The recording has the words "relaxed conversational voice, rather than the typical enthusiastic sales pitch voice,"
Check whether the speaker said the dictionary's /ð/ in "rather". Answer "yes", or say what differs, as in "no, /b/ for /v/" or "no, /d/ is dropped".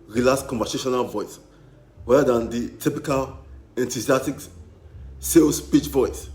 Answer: no, /ð/ is dropped